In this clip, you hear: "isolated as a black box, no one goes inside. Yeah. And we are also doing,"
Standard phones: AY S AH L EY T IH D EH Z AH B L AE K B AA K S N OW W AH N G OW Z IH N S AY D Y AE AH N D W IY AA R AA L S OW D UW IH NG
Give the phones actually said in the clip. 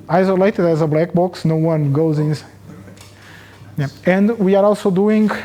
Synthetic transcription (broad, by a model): AY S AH L EY T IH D EH Z AH B L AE K B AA K S N OW W AH N G OW Z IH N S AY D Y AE AH N D W IY AA R AA L S OW D UW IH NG